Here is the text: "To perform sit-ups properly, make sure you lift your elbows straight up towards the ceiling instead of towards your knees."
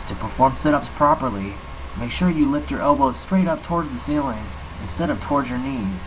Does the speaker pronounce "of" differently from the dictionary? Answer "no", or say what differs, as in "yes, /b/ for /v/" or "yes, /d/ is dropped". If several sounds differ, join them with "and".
yes, /p/ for /v/